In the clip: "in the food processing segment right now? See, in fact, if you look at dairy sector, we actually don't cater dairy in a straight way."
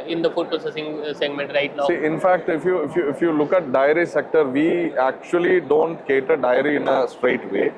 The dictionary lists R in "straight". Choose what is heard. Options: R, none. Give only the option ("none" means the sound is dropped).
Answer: R